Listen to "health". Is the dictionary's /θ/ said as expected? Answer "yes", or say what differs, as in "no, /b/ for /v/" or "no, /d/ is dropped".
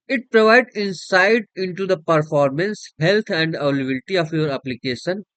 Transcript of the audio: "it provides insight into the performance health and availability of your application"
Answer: no, /t/ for /θ/